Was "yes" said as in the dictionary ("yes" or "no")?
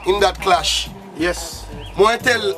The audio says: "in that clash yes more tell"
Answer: yes